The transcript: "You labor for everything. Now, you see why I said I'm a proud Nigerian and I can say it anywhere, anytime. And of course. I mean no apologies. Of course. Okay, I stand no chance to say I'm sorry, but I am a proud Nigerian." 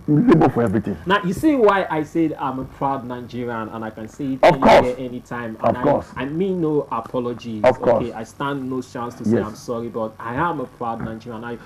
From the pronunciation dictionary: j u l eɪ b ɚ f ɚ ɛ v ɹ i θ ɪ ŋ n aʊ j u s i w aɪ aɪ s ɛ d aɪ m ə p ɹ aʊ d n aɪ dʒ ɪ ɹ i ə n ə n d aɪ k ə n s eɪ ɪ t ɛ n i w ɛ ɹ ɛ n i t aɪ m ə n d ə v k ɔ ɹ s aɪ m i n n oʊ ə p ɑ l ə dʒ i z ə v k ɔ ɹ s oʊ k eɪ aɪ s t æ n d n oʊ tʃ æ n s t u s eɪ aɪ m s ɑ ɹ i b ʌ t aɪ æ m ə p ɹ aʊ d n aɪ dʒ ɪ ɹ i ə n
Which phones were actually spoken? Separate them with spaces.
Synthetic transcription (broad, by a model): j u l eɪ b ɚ f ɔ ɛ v ɹ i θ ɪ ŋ n aʊ j u s i w aɪ aɪ s ɛ d aɪ m ə p ɹ aʊ d n aɪ dʒ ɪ ɹ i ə n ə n aɪ k ə n s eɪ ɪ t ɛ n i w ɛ ɛ n i t aɪ m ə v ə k ɔ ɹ s aɪ m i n n oʊ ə p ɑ l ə dʒ i ə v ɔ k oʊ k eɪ aɪ s t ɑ n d n oʊ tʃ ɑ n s t u s eɪ aɪ m s ɑ ɹ i b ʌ t aɪ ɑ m ə p ɹ aʊ d n aɪ dʒ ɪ ɹ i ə n